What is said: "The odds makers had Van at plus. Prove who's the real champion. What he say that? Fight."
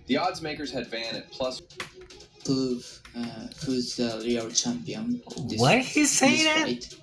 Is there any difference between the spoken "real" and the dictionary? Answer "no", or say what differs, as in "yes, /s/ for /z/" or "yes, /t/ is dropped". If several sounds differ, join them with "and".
yes, /l/ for /ɹ/